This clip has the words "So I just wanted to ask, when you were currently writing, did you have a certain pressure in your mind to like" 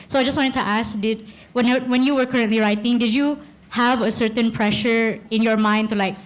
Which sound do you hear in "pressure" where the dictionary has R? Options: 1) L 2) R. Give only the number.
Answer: 2